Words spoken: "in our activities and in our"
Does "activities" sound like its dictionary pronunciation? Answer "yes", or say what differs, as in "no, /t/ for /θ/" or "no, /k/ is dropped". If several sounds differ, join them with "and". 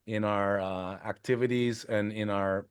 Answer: yes